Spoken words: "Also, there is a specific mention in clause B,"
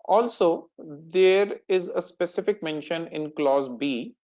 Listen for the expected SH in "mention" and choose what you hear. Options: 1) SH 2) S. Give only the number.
1